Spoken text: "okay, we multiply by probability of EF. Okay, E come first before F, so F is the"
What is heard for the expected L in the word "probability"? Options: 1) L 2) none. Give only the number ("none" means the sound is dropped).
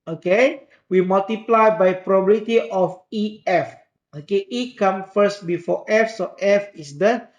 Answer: 2